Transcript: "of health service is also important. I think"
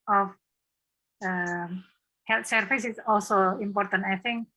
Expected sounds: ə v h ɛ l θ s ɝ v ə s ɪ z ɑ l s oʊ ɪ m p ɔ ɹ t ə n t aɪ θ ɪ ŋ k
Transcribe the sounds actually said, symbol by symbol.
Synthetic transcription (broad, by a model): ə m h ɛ l t s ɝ f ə s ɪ s ɑ l s oʊ ɪ m p ɔ ɹ t ə n t aɪ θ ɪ ŋ k